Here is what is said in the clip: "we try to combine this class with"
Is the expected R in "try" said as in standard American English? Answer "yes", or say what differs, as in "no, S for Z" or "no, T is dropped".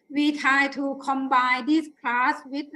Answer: no, R is dropped